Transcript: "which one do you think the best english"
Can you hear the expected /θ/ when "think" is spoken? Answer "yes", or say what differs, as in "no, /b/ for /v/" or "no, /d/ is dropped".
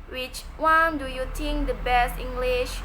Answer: no, /t/ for /θ/